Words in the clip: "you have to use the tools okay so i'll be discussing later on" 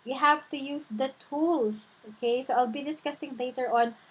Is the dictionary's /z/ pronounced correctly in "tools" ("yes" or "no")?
no